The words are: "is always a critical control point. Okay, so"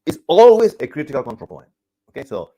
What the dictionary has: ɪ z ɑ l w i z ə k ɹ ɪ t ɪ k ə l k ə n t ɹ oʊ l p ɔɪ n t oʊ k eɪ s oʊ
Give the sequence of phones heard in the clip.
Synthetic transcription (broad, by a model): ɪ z ɑ l w i z ə k ɹ ɪ t ɪ k ə l k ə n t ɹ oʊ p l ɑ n oʊ k eɪ s oʊ